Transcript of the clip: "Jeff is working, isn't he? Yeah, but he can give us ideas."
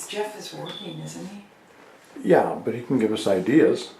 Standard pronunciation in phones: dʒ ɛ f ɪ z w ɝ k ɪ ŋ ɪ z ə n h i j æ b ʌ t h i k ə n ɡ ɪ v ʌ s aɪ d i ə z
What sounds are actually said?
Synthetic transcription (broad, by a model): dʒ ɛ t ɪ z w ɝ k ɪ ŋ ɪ z n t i j æ b ʌ t h i k n ɡ ɪ v ʌ s aɪ d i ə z